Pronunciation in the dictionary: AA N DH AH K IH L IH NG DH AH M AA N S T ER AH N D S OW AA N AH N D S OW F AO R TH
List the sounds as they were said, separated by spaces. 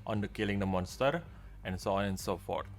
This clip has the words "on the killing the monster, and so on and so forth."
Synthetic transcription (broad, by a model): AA N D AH K IH L IH NG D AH M AA N S T ER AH N S OW AA N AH N S OW F AO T